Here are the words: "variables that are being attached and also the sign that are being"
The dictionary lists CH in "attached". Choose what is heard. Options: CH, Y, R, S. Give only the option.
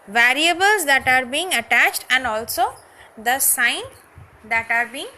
CH